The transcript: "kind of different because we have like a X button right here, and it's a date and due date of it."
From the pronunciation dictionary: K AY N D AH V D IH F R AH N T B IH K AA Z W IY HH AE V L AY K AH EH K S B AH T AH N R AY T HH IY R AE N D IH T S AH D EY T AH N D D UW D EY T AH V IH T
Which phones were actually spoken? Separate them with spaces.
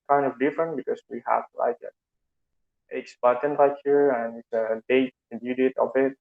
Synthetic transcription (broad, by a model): K AY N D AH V D IH F R AH N T B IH K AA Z W IY HH AE V L AY K AH EH K S B AH T AH N L AY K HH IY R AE N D IH T S AH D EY AH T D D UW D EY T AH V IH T